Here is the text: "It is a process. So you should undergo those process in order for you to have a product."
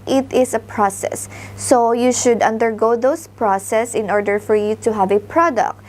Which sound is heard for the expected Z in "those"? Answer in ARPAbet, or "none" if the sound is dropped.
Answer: S